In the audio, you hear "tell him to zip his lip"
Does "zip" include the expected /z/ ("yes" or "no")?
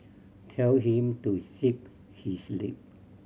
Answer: no